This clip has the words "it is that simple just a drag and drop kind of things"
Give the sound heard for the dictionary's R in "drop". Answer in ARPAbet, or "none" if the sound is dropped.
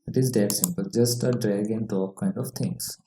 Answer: none